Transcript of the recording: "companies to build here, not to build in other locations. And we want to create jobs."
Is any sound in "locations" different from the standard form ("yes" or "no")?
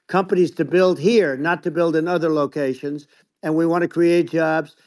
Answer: no